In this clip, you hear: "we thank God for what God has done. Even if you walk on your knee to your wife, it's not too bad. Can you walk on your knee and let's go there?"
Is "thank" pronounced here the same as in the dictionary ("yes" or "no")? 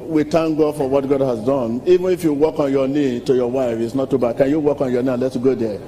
no